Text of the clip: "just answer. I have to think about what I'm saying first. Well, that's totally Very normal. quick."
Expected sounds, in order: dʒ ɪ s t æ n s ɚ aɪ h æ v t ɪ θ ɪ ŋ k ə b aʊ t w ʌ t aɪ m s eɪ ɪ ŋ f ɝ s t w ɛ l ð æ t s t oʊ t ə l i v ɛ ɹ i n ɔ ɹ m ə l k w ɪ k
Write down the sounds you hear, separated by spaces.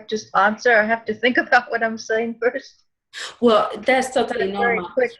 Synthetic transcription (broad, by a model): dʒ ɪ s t æ n s ɚ aɪ h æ f t ɪ θ ɪ ŋ k ə b aʊ t w ʌ t aɪ m s eɪ ɪ ŋ f ɝ s t w ɛ l ð æ t s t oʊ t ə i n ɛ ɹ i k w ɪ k